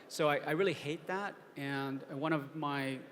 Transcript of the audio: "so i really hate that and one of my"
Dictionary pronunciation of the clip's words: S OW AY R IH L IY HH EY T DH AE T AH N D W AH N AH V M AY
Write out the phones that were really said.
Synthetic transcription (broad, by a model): S OW AY R IH L IY HH EY T DH AE T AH N W AH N AH V M AY